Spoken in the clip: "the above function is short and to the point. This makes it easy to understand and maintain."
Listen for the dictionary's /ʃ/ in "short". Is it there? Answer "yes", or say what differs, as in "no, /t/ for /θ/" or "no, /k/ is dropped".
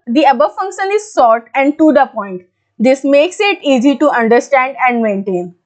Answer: no, /s/ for /ʃ/